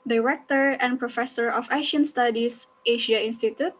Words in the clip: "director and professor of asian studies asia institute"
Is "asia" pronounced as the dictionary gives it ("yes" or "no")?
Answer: no